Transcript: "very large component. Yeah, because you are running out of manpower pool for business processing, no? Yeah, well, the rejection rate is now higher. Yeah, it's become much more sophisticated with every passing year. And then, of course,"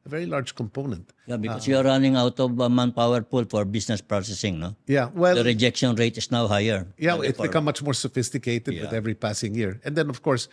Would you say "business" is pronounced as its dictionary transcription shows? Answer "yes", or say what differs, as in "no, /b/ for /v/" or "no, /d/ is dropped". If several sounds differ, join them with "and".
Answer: no, /s/ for /z/